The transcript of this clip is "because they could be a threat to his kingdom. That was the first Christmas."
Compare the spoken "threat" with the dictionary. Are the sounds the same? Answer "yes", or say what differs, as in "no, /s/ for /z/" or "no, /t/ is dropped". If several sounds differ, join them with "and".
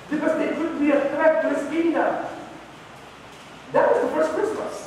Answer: no, /t/ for /θ/